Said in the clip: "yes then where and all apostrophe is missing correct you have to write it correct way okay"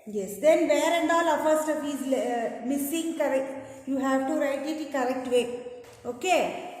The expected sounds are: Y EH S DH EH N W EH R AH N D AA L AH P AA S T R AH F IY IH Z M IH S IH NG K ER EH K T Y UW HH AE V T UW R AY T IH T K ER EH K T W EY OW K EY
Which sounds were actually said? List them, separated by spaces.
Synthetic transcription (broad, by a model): Y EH S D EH N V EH R AH N D AA L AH F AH S T AH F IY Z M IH S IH NG K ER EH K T Y UW HH AE V T UW R AY T IH T K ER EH K T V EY OW K EY